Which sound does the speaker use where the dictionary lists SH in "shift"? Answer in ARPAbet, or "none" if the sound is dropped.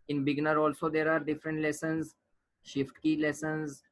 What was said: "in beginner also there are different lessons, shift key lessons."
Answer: SH